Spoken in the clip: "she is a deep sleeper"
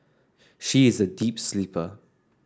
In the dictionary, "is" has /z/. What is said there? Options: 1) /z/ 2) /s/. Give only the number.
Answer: 1